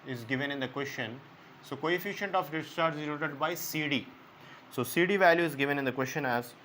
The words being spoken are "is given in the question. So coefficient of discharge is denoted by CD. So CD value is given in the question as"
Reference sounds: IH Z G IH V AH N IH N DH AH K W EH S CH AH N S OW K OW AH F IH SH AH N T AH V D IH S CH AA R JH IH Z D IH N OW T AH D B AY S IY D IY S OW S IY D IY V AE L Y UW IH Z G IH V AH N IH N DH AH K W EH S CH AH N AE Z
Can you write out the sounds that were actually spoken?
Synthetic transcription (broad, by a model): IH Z G IH V AH N IH N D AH K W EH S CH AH N S OW K OW AH F IH SH AH N T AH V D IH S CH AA R Z IH Z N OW T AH D B AY S IY D IY S OW S IY D IY V AE L Y UW IH Z G IH V AH N IH N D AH K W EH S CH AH N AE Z